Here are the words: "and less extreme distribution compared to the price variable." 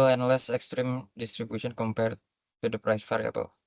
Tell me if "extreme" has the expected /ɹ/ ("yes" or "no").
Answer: yes